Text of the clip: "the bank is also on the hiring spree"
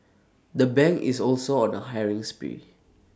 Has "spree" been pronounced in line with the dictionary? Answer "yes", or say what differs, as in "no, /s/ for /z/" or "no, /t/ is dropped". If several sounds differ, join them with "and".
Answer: no, /ɹ/ is dropped